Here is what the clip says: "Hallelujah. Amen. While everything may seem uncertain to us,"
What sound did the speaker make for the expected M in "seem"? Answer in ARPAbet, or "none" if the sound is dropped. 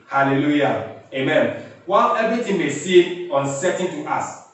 none